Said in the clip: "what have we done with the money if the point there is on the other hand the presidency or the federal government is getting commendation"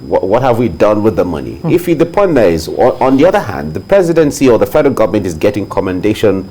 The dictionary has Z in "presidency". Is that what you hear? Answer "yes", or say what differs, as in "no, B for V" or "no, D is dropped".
yes